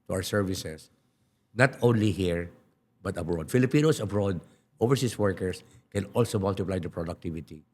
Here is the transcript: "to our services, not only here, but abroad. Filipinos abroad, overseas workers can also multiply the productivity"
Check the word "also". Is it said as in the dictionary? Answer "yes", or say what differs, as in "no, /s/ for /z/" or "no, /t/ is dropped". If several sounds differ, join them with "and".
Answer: yes